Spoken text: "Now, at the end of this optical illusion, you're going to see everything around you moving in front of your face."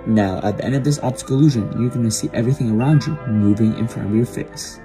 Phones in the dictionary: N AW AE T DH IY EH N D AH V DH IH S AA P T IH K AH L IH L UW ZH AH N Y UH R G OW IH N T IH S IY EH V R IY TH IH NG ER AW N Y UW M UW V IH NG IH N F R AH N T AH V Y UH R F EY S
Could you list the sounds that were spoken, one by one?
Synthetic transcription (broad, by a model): N AW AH T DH IY EH N D AH V DH IH S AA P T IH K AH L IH L UW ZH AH N Y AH R G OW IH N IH S IY EH V R IY TH IH NG ER AW N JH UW M UW V IH NG IH N F R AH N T AH V Y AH R F EY S